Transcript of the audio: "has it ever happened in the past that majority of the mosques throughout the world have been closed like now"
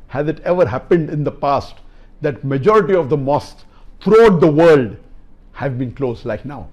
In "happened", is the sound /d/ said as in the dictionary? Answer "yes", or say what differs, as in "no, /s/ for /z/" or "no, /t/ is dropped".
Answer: yes